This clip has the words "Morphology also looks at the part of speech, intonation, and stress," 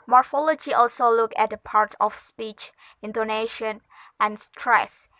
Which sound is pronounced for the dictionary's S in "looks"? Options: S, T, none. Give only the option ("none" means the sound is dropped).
none